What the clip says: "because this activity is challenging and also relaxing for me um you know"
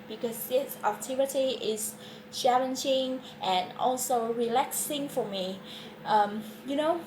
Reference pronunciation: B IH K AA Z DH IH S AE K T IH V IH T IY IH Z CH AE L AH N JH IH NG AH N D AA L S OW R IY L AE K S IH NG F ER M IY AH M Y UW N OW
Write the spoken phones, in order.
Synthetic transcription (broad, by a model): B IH K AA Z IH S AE T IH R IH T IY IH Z CH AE L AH N JH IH NG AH N AA L S OW R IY L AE K S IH NG F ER M IY AH M Y UW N OW